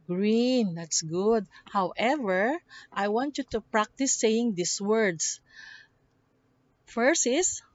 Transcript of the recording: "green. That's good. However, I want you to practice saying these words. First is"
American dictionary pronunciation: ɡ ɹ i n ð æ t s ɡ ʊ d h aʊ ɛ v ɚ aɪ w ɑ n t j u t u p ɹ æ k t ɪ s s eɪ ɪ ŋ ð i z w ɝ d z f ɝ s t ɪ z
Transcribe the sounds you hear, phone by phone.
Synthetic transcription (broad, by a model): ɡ ɹ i n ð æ t s ɡ ʊ d h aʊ ɛ v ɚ aɪ w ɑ n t j u t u p ɹ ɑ k t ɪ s s eɪ ɪ ŋ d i s w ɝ d s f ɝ s ɪ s